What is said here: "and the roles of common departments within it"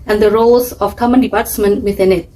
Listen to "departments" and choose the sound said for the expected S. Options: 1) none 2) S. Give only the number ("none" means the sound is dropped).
1